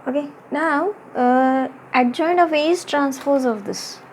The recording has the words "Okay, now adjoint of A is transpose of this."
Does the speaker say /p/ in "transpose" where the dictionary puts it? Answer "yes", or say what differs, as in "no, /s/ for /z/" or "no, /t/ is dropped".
no, /f/ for /p/